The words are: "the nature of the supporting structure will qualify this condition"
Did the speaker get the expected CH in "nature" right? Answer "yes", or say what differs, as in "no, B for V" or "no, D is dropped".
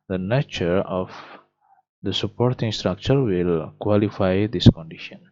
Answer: yes